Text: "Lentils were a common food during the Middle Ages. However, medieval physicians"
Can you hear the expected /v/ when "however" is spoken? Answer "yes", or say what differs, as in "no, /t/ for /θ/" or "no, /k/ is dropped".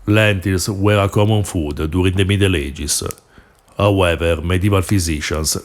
yes